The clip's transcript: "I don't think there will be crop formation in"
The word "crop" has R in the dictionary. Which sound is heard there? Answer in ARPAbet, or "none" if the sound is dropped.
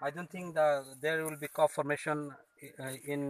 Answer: none